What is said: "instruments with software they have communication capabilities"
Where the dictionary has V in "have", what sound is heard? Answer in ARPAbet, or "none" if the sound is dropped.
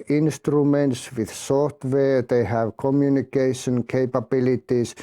V